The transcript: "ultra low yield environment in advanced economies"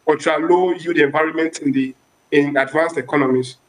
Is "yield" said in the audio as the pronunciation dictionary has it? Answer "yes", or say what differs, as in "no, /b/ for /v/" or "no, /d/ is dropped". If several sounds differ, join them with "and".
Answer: no, /l/ is dropped